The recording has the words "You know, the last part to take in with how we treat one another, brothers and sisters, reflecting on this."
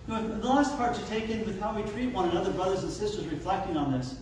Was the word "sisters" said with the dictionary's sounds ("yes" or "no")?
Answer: yes